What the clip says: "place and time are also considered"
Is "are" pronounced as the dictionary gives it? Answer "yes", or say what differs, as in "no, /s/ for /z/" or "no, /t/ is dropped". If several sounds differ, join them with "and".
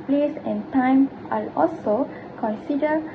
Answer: no, /l/ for /ɹ/